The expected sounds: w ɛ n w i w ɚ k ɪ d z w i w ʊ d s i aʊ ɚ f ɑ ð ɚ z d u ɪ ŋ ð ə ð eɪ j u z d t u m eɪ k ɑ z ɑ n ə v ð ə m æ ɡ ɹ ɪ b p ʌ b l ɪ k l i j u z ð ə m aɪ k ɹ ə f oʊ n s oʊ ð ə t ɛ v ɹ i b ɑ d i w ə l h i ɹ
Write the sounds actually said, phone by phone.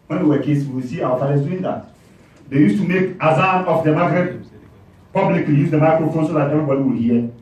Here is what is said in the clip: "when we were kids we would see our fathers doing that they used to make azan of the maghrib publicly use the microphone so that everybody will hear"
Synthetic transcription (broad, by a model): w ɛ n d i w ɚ k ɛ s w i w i s i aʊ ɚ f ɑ ɚ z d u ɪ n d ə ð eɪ j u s t u m eɪ k ɑ z ɑ n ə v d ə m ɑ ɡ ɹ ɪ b p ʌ b l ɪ k l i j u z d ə m aɪ k ɹ ə f oʊ n s oʊ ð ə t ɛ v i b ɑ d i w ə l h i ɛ